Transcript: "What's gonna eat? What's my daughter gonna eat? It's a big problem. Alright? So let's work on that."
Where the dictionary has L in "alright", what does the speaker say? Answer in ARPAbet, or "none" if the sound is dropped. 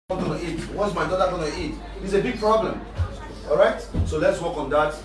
none